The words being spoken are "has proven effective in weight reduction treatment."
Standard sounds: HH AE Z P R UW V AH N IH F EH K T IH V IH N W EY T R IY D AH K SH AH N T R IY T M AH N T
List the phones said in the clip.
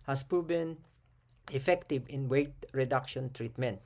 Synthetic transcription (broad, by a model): HH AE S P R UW B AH N IH F EH K T IH V IH N W EY T R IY D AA K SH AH N T R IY T M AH N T